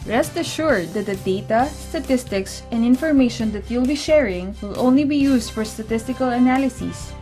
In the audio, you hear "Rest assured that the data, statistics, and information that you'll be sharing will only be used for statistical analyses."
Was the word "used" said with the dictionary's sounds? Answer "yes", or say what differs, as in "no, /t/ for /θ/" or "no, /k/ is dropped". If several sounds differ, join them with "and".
no, /s/ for /z/